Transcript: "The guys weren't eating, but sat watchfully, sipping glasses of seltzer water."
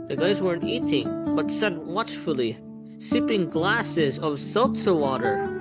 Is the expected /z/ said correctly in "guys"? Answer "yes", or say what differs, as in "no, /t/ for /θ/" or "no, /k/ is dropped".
yes